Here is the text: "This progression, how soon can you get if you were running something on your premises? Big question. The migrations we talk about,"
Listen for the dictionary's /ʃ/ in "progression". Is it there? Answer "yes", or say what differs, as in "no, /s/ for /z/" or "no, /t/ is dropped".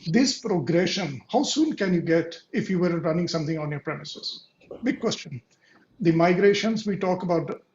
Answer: yes